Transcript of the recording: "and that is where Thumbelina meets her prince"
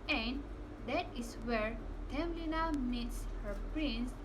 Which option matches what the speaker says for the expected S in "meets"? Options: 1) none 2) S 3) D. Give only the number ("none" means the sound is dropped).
2